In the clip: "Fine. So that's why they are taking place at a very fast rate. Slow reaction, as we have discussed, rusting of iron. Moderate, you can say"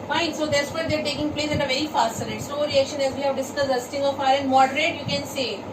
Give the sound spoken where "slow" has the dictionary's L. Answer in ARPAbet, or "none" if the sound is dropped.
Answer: none